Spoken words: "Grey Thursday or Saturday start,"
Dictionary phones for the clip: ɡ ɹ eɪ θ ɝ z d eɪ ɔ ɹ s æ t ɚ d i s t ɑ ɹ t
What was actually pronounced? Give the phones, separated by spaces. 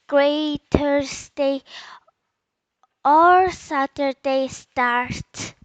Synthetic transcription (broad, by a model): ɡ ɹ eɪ t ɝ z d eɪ ɔ ɹ s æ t ɚ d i s t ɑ ɹ t